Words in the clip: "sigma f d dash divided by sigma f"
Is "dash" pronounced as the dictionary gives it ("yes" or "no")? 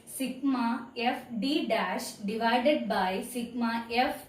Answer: yes